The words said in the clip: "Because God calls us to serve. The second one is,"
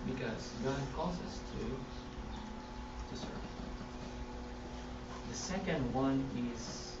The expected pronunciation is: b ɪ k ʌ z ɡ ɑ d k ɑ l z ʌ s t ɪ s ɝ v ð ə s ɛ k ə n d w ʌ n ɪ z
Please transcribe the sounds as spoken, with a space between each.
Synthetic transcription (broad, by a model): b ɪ k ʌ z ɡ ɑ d k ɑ z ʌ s t ɪ s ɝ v ð ə s ɛ k ə n d w ʌ n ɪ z